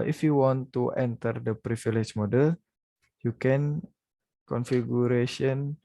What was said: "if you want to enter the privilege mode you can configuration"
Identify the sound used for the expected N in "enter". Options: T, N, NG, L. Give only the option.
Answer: N